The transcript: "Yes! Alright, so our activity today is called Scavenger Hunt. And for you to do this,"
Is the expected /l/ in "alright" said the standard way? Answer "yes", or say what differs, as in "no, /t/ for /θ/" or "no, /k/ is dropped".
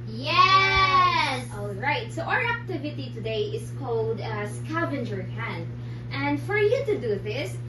yes